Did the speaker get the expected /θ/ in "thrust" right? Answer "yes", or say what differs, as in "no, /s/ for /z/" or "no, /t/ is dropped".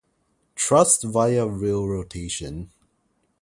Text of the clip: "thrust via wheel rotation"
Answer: no, /t/ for /θ/